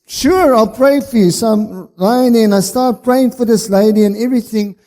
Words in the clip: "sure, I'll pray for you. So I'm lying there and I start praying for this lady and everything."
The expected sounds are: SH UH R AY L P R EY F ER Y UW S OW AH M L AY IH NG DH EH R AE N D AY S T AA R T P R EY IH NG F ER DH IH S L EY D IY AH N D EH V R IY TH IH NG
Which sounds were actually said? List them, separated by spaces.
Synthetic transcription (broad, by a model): SH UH R AY L P R EY F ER Y UW S OW AH M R AY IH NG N AY S T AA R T P R EY IH NG F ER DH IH S L EY D IY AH N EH V R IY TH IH NG